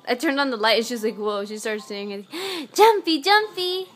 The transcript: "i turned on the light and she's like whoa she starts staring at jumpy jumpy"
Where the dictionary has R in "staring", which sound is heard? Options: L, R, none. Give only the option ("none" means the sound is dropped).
none